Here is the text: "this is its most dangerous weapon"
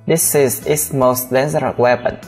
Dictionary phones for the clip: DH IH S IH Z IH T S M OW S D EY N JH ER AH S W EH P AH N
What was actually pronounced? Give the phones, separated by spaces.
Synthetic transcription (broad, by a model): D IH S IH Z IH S M OW S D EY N Z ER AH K W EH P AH N